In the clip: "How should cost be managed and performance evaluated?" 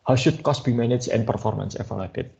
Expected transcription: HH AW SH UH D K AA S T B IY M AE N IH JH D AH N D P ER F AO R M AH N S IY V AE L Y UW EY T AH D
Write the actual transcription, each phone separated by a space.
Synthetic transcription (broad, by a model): HH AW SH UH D K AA S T B IY M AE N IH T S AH N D P ER F AO R M AH N S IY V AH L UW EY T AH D